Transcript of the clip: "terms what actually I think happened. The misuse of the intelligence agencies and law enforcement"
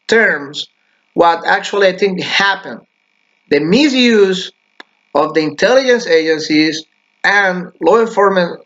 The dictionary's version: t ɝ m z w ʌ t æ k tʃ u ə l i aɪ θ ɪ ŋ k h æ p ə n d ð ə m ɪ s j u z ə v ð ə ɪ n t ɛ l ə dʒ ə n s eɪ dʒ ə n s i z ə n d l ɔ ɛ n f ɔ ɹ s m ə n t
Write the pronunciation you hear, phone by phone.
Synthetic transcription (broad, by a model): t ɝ m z w ʌ t æ k tʃ u ə l i aɪ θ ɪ ŋ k h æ p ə n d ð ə m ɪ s j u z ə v ð ə ɪ n t ɛ l ə dʒ ə n s eɪ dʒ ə n s i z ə n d l ɔ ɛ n f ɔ ɹ m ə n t